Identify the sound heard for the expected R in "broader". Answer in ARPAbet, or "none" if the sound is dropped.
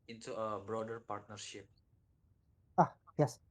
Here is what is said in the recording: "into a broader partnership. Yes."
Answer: R